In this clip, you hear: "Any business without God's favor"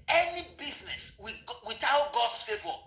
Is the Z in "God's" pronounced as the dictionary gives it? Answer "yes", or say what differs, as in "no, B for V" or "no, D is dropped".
no, S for Z